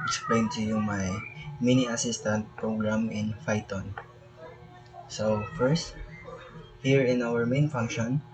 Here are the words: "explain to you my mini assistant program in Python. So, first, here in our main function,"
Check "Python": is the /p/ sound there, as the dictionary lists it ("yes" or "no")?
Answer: no